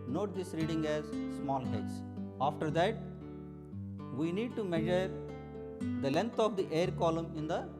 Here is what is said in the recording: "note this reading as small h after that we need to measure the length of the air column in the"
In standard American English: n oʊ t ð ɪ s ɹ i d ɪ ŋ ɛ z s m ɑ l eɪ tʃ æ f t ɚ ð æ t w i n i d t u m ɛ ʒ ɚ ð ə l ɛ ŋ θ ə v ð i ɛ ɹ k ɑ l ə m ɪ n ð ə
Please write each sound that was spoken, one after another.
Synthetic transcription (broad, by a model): n oʊ t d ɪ s ɹ i d ɪ ŋ ɛ z s m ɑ l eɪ s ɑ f t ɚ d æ t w i n i d t u m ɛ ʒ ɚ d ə l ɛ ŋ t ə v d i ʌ ɹ k ɑ l ə m ɪ n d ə